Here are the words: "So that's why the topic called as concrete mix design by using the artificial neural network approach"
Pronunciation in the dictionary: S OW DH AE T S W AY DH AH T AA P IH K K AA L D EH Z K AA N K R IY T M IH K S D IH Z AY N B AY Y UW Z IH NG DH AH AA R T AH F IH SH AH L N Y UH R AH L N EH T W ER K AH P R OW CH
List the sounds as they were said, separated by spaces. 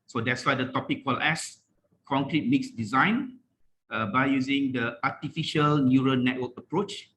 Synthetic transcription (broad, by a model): S OW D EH T S W AY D AH T AA P IH K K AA L EH S K AA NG K R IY T M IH K S D IH Z AY N B AY Y UW Z IH NG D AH AA T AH F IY SH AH L N Y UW R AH N EH T W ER K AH P R OW CH